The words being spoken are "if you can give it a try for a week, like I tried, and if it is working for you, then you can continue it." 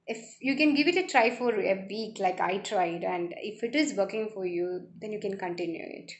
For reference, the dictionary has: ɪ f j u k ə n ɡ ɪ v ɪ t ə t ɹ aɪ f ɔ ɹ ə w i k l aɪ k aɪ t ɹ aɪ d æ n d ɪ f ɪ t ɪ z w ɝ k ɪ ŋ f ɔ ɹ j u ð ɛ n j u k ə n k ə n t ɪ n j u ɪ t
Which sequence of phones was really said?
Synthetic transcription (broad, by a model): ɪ f j u k ə n ɡ ɪ v ɪ t ə t ɹ aɪ f ɔ ɹ ə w i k l aɪ k aɪ t ɹ aɪ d æ n d ɪ f ɪ t ɪ z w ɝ k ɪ ŋ f ɔ ɹ j u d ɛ n j u k ə n k ə n t ɪ n j u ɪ t